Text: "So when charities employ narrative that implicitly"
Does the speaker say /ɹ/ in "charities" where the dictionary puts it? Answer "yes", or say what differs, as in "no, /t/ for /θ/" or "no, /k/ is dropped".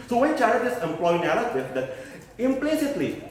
no, /ɹ/ is dropped